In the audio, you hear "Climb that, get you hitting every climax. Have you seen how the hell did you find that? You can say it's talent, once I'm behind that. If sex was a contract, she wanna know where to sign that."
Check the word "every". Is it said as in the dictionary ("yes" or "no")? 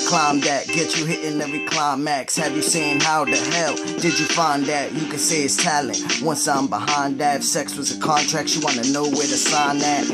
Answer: no